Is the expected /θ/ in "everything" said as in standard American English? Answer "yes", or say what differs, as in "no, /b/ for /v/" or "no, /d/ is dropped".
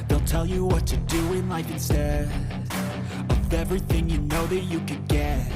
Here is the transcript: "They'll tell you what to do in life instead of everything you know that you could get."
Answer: yes